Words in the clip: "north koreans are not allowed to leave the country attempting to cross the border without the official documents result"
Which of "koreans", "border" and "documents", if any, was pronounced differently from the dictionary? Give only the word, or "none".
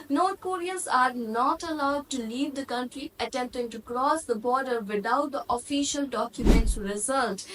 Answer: koreans